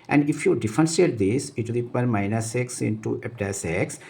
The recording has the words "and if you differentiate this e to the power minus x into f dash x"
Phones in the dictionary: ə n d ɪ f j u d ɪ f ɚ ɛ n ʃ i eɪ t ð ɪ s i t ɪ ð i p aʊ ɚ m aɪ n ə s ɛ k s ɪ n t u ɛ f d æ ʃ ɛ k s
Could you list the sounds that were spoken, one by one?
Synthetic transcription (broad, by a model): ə n d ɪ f j u d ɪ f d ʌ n s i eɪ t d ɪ s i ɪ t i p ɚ m aɪ n ə s ɛ k s ɪ n t u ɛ p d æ s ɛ k s